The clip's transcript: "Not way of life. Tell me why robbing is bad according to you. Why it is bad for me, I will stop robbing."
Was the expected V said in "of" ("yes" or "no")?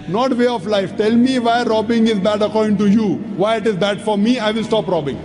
no